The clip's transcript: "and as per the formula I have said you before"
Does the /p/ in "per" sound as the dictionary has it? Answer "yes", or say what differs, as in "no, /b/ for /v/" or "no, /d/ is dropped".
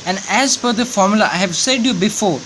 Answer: no, /f/ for /p/